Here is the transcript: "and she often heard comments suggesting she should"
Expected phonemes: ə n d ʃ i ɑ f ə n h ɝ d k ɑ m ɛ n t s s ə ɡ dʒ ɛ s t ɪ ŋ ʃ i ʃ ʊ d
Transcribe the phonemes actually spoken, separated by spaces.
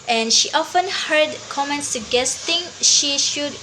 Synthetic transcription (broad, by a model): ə n ʃ i ɑ f ə n h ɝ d k ɑ m ɛ n t s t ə ɡ ɛ s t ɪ ŋ ʃ i ʃ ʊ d